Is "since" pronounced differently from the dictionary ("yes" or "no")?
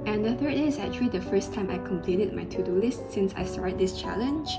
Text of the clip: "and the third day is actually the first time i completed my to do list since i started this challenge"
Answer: no